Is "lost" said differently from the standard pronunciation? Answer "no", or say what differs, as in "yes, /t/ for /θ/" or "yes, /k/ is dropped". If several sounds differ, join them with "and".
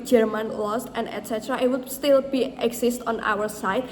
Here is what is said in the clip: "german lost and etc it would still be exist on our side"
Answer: no